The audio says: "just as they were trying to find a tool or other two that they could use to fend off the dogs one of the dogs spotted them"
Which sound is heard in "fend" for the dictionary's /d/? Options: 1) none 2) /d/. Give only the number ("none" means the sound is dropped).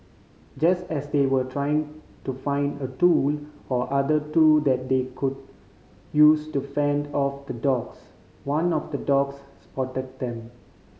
2